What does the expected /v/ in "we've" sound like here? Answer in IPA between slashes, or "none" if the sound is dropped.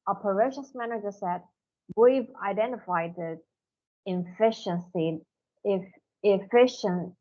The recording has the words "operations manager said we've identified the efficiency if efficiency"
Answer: /v/